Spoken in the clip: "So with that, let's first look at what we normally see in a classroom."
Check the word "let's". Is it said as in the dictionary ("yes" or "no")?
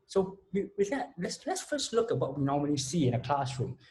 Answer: yes